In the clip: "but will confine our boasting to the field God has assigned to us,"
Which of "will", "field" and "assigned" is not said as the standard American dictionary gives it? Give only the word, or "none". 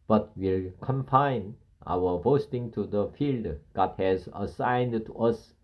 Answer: none